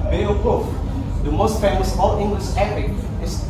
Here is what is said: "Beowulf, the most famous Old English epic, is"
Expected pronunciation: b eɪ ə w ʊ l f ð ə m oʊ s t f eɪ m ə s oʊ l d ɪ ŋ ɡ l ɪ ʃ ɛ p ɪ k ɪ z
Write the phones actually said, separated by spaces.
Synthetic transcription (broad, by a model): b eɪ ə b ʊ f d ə m oʊ s t f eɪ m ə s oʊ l ɪ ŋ ɡ l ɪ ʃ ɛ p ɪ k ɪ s